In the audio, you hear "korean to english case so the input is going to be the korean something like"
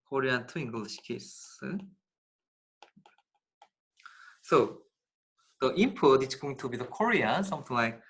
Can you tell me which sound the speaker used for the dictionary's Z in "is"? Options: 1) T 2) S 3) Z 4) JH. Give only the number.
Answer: 2